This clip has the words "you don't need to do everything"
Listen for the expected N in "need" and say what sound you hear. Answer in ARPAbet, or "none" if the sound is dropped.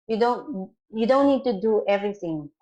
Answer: N